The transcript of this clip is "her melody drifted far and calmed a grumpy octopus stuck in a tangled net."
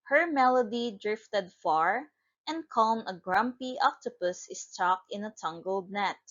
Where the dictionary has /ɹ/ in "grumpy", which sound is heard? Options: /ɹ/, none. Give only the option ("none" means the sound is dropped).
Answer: /ɹ/